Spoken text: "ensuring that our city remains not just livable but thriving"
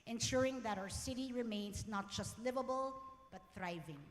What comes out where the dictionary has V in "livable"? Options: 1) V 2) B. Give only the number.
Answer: 1